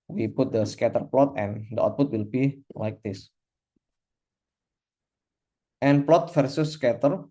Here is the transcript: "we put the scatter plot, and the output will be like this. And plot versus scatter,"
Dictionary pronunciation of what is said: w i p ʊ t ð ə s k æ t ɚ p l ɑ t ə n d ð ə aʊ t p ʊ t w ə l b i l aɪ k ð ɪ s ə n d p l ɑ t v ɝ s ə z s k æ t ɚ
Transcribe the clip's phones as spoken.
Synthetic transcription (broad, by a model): w i p ʊ t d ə s k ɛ t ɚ p l ɑ t ə n d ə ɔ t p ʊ t w ə l b i l aɪ k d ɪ s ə n p l ɑ t f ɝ s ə s k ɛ t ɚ